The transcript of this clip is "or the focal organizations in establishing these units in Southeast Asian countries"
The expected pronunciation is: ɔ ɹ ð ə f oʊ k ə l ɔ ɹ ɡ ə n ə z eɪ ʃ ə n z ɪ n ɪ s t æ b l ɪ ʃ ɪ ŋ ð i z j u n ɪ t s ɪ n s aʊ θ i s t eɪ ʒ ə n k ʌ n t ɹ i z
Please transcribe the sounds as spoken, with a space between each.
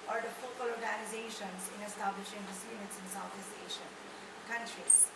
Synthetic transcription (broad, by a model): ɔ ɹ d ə f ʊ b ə l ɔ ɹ ɡ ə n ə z eɪ ʃ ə n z ɪ n ɪ s t æ b l ɪ ʃ ɪ ŋ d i s j u n ɪ t s ɪ n s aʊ t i s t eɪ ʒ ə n k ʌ n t ɹ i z